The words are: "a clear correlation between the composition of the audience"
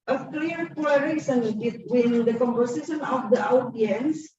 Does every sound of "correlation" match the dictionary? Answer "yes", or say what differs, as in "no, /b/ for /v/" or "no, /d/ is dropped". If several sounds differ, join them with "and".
no, /l/ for /ɹ/